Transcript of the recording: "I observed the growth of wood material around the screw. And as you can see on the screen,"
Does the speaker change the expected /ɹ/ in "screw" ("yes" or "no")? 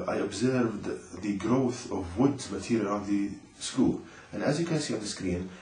yes